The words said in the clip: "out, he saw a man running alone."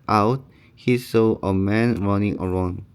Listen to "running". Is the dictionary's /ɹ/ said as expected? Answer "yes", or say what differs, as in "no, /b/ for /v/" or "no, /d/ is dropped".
yes